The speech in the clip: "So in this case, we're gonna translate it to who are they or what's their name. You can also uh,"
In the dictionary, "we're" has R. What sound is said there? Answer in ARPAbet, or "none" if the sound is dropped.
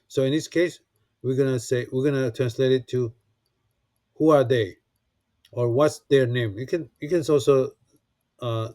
W